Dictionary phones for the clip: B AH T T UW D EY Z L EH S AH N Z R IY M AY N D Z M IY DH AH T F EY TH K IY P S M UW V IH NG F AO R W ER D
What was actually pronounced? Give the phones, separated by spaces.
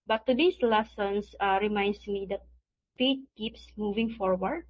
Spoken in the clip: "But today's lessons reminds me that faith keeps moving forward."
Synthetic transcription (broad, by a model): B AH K T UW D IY S L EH S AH N S R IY M AY N D S M IY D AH T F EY T K IY P S M UW V IH NG F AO R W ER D